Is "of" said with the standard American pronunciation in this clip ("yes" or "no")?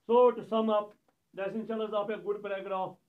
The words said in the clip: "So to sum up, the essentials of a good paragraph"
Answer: no